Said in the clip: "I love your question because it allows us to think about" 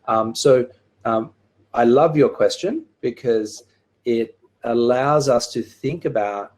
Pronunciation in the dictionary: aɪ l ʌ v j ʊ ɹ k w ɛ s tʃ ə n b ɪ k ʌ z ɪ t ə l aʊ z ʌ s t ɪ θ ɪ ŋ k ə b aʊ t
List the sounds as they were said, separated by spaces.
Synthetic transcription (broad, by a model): aɪ l ʌ v j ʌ ɹ k w ɛ s tʃ ə n b ɪ k ʌ z ɪ t ə l aʊ z ʌ s t ɪ θ ɪ ŋ k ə b aʊ t